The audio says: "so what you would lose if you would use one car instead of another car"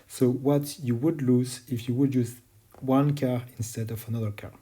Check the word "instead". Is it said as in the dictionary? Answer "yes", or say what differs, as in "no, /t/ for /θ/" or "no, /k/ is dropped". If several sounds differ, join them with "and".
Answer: yes